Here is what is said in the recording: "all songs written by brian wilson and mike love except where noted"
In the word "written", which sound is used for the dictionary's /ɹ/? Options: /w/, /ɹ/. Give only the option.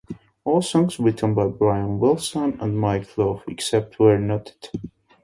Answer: /w/